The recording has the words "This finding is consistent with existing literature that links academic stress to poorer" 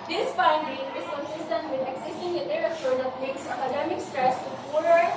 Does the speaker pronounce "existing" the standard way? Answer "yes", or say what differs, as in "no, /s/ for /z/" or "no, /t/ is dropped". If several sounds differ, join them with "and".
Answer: no, /s/ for /z/